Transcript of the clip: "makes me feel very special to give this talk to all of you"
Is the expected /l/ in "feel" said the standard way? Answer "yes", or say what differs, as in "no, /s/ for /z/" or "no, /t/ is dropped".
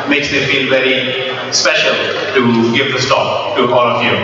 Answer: no, /n/ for /l/